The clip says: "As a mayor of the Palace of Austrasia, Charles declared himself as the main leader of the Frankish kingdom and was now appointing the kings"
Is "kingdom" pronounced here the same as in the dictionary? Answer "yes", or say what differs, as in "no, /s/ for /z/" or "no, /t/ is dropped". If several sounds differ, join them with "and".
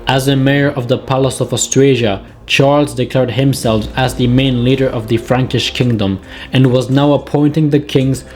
yes